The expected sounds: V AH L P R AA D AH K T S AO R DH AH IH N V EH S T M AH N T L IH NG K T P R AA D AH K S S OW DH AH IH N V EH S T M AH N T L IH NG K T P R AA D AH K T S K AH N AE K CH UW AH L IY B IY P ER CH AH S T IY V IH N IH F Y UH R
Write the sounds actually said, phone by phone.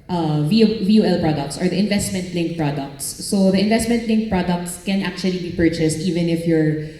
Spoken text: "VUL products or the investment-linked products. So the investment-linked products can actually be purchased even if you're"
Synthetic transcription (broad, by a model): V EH L P R AA D AH K T S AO R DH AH IH N V EH S T M AH N T L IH NG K P R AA D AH K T S OW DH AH IH N V EH S T M AH N T L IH NG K P R AA D AH K T S K AH N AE K CH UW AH L IY B IY P ER CH AH S T IY V IH N IH F Y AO R